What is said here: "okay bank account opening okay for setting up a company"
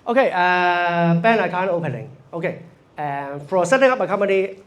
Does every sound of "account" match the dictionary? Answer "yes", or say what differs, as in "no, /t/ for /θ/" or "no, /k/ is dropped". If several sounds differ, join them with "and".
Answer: no, /t/ is dropped